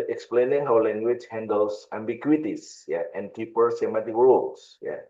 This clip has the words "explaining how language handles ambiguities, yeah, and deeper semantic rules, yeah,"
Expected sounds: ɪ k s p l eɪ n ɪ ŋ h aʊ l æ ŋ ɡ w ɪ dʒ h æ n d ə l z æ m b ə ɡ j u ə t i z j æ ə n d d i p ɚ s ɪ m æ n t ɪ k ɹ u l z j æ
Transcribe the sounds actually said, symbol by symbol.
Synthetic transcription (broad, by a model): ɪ k s p l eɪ n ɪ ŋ h aʊ l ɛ ŋ ɡ w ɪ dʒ h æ n d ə l s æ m b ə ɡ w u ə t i s j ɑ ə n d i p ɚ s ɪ m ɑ t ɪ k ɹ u l s j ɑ